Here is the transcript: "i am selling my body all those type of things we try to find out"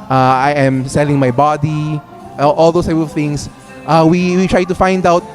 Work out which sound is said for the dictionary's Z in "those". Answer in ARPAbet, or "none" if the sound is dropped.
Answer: S